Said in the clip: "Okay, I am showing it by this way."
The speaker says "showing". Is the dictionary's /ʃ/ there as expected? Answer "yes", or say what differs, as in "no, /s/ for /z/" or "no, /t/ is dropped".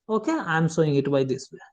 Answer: no, /s/ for /ʃ/